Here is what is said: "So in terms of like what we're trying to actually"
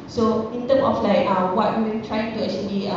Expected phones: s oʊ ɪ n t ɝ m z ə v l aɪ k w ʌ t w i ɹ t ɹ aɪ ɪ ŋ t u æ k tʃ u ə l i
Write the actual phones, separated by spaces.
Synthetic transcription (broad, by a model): s oʊ ɪ n t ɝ m ə f l aɪ k w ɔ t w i w t ɹ aɪ ɪ ŋ t u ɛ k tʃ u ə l i